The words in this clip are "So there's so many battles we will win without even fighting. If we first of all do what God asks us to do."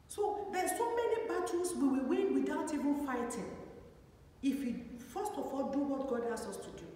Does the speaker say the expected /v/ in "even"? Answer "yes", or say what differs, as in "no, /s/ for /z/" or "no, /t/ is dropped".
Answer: yes